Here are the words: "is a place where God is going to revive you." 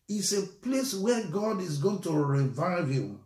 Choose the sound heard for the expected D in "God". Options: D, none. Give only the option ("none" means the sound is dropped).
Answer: D